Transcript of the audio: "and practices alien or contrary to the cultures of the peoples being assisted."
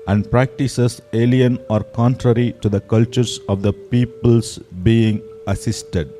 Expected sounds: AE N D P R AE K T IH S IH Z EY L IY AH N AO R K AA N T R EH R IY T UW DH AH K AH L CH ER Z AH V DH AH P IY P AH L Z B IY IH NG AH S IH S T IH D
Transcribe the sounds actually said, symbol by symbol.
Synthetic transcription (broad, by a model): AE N D P R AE K T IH S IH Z EY L IY AH N AO R K AA N T R EH R IY T UW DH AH K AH L CH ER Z AH V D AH P IY P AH L S B IY IH NG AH S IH S T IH D